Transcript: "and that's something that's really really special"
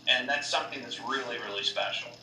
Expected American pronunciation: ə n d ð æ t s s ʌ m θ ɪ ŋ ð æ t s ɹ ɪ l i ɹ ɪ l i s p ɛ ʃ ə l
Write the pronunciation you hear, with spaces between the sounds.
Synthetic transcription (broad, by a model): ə n ð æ t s s ʌ m θ ɪ ŋ ð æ t s ɹ ɪ l i ɹ ɪ l i s p ɛ ʃ l